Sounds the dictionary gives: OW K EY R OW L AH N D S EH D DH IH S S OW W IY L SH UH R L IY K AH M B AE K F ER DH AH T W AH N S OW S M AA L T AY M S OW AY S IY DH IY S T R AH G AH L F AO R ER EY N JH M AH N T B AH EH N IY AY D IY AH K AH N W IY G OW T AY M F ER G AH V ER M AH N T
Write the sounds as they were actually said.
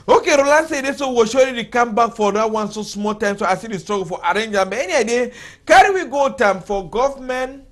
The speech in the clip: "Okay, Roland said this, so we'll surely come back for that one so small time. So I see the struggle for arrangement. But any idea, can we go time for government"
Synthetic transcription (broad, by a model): OW K EY R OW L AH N S EH D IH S S OW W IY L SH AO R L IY K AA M B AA K F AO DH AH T W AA N S OW S M AA L T AY M S OW AY S IY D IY S T R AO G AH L F AO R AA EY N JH AH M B EH N IY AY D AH K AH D W IY G OW T AY M F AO G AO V M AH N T